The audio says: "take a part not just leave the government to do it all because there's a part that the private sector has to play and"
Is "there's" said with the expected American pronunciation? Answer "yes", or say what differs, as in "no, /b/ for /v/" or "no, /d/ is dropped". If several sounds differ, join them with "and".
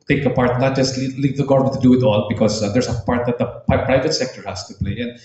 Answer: no, /s/ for /z/